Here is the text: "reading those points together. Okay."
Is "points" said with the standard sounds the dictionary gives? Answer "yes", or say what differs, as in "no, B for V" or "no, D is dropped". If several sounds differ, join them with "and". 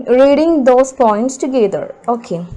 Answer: yes